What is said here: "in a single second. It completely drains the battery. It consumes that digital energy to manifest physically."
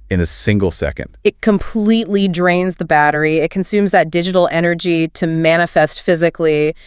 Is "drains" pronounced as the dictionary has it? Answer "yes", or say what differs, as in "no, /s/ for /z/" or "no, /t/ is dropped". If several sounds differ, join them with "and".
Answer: yes